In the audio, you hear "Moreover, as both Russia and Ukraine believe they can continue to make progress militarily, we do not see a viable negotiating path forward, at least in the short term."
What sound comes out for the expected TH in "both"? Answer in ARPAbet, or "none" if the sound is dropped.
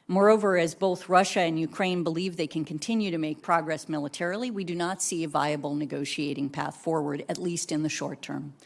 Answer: TH